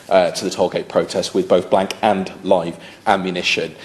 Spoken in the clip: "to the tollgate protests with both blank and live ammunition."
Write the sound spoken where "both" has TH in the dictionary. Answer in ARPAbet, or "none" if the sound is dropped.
TH